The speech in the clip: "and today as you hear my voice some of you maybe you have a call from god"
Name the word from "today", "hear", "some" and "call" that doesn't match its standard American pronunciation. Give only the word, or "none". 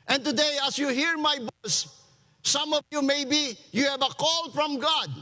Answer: none